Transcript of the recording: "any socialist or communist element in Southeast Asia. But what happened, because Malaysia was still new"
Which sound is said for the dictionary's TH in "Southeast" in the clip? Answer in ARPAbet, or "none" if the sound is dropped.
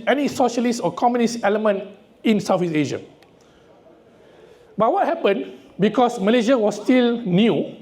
F